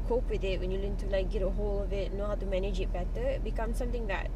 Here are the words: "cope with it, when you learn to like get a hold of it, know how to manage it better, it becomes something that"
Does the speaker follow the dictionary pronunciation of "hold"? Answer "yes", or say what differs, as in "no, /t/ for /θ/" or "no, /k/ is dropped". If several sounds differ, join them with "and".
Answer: no, /d/ is dropped